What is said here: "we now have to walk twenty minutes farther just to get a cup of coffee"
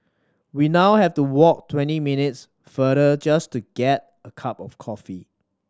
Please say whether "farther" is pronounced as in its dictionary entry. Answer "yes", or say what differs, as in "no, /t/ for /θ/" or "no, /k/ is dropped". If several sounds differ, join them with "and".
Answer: no, /ð/ is dropped